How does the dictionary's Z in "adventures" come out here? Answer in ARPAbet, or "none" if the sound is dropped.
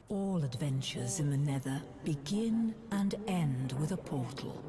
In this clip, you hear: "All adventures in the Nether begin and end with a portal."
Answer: Z